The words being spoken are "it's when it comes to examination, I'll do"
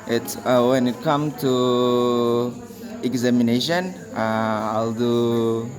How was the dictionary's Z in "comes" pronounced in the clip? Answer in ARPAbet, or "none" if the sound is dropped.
none